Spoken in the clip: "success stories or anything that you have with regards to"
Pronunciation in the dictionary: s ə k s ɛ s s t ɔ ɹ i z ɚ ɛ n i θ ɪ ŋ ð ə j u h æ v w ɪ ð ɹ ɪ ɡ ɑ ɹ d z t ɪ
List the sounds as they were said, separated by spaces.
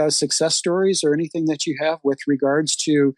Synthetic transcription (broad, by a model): s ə k s ɛ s s t ɔ ɹ i z ɚ ɛ n i θ ɪ ŋ ð ə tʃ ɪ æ v w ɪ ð ɹ ɪ ɡ ɑ ɹ d z t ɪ